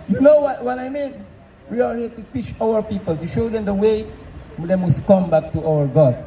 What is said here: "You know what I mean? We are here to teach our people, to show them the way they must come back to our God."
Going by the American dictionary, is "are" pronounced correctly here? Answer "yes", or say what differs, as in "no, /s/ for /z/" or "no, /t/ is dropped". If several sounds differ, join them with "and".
no, /l/ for /ɹ/